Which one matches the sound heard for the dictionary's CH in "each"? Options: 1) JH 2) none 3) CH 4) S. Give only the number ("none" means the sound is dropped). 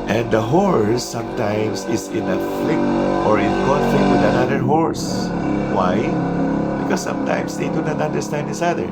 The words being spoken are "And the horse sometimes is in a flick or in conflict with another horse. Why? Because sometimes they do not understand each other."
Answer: 4